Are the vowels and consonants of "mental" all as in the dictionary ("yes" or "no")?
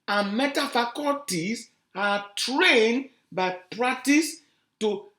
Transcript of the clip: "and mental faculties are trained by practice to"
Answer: no